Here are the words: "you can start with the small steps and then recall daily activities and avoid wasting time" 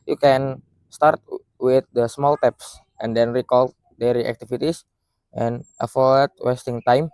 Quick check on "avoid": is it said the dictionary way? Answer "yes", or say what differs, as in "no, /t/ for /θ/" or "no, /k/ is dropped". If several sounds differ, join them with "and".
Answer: no, /f/ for /v/